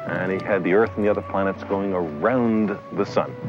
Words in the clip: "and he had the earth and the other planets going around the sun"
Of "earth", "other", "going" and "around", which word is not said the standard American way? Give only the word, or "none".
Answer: none